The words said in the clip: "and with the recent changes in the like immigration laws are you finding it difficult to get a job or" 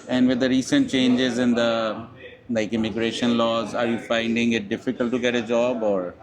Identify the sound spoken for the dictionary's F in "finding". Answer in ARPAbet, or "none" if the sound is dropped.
F